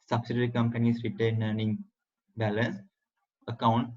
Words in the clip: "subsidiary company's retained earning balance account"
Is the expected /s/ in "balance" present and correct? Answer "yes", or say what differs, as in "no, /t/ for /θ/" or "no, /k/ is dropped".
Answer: yes